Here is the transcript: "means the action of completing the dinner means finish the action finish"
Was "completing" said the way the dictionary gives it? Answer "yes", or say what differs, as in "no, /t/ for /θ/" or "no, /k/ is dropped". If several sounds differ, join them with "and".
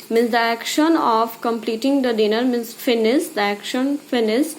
yes